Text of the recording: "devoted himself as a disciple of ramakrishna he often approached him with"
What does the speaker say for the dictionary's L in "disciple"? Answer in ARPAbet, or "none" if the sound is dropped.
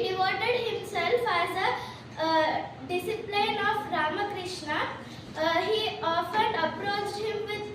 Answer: N